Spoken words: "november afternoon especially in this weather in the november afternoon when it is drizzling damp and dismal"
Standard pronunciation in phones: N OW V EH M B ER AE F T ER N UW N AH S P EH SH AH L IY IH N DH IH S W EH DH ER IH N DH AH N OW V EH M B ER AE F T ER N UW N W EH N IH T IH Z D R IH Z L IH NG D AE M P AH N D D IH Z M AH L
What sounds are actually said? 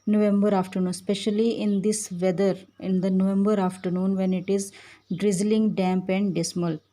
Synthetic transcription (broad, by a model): N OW V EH M B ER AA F T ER N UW N S P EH SH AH L IY IH N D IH S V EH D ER IH N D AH N OW V EH M B ER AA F T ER N UW N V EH N IH T IH Z D R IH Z L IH NG D AE M P AH N D D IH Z M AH L